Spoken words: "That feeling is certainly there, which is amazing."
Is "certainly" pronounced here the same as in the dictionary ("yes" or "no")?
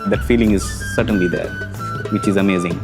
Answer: yes